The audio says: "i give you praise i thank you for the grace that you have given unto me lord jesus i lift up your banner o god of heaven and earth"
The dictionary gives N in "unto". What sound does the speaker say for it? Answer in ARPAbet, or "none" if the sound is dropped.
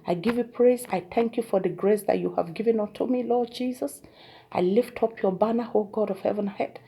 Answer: none